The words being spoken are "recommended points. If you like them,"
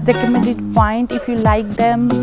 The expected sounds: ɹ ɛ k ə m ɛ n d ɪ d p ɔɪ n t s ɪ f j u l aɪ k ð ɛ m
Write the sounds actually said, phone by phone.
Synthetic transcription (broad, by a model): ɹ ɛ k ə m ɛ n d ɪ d p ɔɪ n t ɪ f j u l aɪ k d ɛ m